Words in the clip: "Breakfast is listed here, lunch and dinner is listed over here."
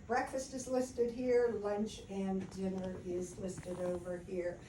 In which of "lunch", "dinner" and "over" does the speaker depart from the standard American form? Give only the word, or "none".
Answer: none